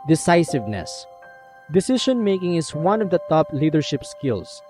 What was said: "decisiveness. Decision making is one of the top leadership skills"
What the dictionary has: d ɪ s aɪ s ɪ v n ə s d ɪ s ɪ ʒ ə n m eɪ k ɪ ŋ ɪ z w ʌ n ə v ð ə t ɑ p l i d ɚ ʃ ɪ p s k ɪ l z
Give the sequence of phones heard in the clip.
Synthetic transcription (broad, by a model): d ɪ s aɪ s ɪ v n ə s d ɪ s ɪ ʃ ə n m eɪ k ɪ ŋ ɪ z w ʌ n ə v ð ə t ɑ p l i d ɚ ʃ ɪ p s k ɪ l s